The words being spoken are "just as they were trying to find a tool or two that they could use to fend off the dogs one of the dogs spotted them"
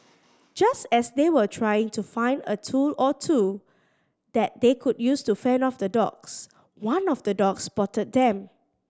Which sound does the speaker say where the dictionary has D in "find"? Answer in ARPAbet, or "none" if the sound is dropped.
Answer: D